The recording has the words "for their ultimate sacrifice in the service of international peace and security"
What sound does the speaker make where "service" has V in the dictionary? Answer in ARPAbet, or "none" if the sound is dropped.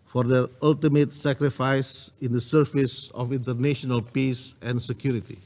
F